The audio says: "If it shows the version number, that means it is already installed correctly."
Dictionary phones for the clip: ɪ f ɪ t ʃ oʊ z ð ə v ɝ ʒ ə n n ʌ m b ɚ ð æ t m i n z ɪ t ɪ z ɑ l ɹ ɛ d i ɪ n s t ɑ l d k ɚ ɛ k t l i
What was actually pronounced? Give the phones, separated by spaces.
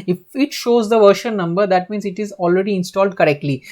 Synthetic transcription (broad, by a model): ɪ f ɪ t ʃ oʊ z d ə v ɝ ʃ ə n n ʌ m b ɚ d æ t m i n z ɪ t ɪ z ɑ l ɹ ɛ d i ɪ n s t ɑ l d k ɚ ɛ k t l i